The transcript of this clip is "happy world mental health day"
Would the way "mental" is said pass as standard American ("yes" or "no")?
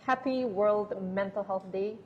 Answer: yes